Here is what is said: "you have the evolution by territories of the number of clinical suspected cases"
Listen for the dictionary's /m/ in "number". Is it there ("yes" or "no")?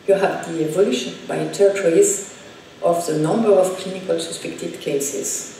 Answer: yes